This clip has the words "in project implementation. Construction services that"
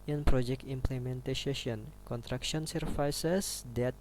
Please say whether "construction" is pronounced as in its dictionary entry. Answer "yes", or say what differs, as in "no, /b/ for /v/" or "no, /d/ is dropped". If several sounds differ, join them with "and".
no, /s/ is dropped